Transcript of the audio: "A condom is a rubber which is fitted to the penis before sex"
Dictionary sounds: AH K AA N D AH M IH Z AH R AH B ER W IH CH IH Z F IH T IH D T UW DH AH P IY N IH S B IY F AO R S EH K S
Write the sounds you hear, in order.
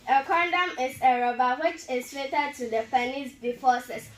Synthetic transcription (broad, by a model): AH K AA N D AH M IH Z AH R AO B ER W IH CH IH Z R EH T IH D T UW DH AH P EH N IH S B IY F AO S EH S